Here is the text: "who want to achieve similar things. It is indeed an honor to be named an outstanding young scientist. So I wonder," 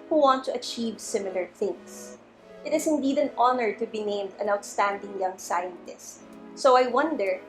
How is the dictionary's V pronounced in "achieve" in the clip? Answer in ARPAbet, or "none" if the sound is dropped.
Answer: V